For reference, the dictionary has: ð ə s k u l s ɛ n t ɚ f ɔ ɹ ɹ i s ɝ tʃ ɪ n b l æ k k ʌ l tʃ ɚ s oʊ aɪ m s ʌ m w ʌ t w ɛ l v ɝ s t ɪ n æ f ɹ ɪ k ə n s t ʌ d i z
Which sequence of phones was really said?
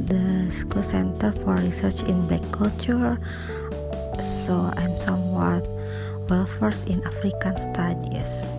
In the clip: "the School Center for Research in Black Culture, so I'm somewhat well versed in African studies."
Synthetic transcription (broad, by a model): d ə s k u l s ɛ n t ɚ f ɔ ɹ ɹ i s ɝ tʃ ɪ n b l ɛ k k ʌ l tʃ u s oʊ aɪ m s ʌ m w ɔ t w ɛ l f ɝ s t ɪ n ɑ f ɹ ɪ k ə n s t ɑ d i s